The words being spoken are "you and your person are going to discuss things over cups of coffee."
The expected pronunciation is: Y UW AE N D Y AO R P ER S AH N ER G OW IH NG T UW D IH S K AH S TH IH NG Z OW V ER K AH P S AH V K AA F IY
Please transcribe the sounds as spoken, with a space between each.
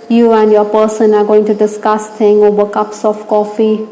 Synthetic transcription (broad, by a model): Y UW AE N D Y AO P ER S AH N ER G OW IH NG T UW D IH S K AH S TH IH NG OW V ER K AH P S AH F K AA F IY